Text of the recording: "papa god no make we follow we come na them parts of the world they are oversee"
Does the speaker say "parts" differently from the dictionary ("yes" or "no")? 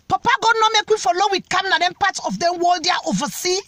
yes